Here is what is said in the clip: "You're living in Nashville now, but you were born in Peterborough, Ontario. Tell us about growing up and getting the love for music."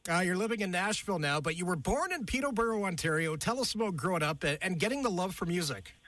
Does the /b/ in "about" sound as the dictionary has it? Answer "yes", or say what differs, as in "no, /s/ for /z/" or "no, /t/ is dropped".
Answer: no, /b/ is dropped